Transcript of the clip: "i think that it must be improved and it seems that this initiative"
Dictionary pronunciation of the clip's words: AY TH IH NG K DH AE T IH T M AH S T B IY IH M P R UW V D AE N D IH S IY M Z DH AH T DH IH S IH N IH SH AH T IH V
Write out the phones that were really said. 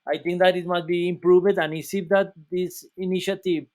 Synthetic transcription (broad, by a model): AY T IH NG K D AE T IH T M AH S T B IY IH M P R UW V D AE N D IH S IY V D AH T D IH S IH N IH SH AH T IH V